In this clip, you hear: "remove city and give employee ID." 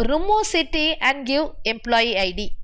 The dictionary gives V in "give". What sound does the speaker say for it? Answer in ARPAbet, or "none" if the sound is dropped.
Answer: none